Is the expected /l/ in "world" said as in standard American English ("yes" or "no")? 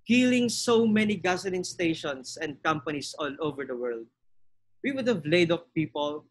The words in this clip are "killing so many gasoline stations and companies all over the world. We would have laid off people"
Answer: yes